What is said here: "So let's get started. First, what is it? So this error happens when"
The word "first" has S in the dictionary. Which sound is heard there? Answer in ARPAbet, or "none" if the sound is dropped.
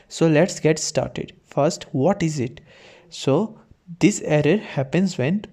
S